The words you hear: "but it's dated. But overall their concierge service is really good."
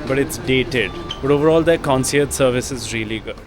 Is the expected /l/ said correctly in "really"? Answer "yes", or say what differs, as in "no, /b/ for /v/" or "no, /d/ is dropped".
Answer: no, /l/ is dropped